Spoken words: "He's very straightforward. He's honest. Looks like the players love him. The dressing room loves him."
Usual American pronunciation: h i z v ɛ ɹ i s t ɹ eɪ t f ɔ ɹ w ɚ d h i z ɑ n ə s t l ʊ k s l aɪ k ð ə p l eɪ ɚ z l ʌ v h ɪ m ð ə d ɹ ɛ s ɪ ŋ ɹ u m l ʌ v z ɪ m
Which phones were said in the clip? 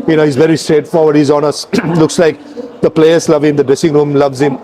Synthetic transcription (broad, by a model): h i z v ɛ ɹ i s t ɹ eɪ t f ɔ ɹ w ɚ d h i z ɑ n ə s l ʊ k s l aɪ k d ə p l eɪ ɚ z l ʌ v h ɪ m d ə d ɹ ɛ s ɪ ŋ ɹ u m l ʌ v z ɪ m